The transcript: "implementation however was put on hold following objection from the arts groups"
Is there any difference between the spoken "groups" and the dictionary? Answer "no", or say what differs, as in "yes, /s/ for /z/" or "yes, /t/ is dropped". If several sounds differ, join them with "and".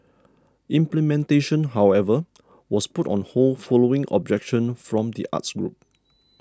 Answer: yes, /s/ is dropped